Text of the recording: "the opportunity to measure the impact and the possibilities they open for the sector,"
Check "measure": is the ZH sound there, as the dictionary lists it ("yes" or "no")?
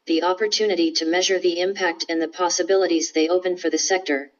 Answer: yes